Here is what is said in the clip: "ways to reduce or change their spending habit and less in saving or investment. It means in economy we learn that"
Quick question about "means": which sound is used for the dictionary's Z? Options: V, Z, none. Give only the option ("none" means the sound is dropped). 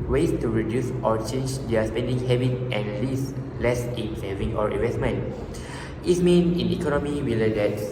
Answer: none